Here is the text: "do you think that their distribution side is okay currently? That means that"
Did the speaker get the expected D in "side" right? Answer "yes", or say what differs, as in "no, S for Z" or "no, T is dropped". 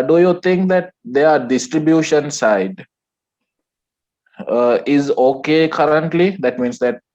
yes